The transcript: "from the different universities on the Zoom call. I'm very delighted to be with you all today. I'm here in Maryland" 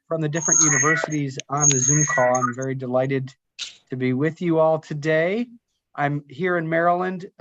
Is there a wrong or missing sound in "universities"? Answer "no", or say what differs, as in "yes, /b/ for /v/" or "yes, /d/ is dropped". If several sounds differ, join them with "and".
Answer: no